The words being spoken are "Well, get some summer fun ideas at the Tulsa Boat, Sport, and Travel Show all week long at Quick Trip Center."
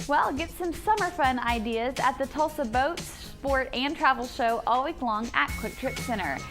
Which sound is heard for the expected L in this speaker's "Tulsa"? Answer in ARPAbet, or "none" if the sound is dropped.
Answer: L